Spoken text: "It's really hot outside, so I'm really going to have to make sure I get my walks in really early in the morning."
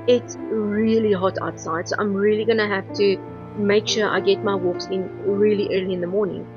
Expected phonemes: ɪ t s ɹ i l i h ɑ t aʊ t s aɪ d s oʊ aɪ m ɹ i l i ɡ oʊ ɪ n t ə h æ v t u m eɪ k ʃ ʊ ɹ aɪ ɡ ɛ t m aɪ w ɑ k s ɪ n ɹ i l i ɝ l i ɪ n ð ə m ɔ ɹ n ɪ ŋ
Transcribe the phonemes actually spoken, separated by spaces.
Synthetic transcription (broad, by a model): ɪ t s ɹ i l i h ɑ t aʊ t s aɪ d s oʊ aɪ m ɹ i l i ɡ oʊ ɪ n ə h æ f t u m eɪ k ʃ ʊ ɹ aɪ ɡ ɛ t m aɪ w ɑ k s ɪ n ɹ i l i ɝ l i ɪ n ð ə m ɔ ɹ n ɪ ŋ